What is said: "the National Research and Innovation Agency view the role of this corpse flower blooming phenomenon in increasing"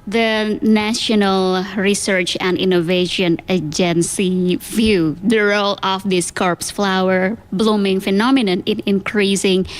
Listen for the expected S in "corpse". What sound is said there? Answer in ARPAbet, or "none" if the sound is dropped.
S